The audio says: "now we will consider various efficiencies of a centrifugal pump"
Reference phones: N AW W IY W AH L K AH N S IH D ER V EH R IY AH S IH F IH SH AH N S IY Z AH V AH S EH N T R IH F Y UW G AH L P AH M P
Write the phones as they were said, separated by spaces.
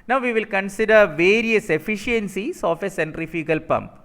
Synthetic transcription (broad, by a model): N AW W IY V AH L K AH N S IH D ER V EH R IY AH S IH F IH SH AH N S IY S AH F AH S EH N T R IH F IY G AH L P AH M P